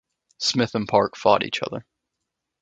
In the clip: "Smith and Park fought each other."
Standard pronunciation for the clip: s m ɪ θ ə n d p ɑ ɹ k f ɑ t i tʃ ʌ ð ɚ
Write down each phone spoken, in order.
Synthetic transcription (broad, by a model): s m ɪ θ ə n p ɑ ɹ k f ɑ t i tʃ ʌ ð ɚ